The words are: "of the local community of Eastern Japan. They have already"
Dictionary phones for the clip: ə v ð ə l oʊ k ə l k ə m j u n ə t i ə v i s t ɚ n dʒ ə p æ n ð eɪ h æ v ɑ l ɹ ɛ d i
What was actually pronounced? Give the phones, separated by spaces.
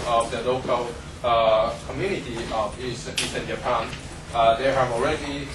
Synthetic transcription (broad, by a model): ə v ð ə l oʊ k ə l k ə m j u n ə t i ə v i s s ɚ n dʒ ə p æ n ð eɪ h æ v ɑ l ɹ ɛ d i